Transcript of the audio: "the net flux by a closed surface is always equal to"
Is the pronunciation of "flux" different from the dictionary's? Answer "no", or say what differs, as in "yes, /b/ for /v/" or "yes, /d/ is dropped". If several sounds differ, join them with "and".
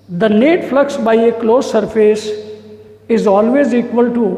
no